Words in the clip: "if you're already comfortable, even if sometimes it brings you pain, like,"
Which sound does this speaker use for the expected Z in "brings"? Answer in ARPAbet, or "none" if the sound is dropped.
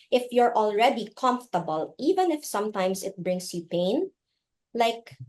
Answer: S